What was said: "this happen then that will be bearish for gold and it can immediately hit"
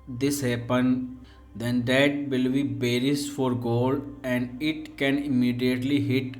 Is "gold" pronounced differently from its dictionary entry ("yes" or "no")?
no